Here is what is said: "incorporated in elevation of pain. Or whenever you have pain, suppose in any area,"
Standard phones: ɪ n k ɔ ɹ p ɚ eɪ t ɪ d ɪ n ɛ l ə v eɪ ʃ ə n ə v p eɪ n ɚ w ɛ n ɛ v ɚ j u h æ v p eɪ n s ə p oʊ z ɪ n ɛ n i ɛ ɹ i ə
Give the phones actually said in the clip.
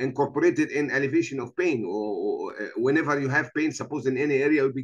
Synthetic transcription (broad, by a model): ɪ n k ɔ ɹ p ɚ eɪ t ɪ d ɪ n ɛ l ə v eɪ ʃ ə n ə v p eɪ n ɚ w ɛ n ɛ v ɚ j u h æ v p eɪ n s ə p oʊ z ɪ n ɛ n i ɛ ɹ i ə